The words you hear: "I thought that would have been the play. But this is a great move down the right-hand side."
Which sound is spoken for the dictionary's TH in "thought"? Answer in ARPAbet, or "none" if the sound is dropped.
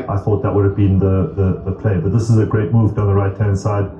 TH